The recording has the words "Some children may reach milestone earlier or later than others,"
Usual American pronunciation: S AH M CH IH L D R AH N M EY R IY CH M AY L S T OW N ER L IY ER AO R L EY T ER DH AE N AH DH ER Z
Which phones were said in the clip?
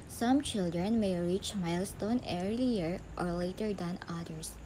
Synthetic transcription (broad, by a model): S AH M CH IH L D R AH N M EY R IY CH M AY L S T OW N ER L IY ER AO R L EY T ER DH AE N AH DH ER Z